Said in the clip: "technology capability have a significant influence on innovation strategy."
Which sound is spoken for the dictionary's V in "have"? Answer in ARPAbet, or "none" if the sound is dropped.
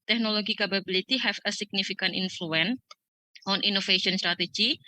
F